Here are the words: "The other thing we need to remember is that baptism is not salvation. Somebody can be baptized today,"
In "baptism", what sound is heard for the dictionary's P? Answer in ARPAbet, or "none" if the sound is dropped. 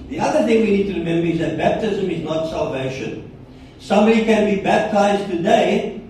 P